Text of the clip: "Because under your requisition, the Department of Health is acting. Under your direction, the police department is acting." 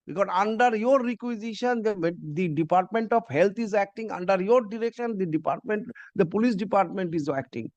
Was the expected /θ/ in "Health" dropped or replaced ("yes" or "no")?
yes